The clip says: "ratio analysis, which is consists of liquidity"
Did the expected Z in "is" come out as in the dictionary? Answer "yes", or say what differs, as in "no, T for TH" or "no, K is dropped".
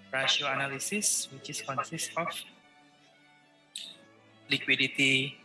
no, S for Z